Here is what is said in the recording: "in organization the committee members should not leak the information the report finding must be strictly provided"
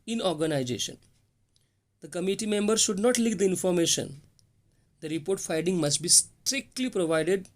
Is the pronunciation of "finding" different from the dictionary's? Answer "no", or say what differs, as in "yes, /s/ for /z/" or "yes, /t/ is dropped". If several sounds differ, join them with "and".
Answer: yes, /n/ is dropped